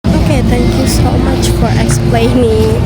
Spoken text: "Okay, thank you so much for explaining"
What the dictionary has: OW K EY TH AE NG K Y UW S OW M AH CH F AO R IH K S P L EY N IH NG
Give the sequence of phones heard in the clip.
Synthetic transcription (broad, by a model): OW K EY T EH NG K Y UW S OW M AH CH F AO R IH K S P L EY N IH